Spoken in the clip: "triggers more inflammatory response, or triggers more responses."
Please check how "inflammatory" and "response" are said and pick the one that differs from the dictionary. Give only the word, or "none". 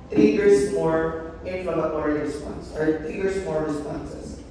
inflammatory